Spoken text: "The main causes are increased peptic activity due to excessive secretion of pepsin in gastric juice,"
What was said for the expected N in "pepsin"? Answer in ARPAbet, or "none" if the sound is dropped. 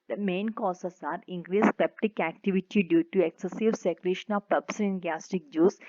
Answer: none